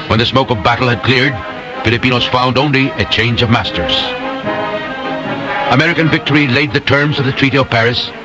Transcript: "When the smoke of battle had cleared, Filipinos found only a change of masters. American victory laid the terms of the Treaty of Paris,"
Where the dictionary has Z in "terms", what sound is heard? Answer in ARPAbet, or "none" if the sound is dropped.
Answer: Z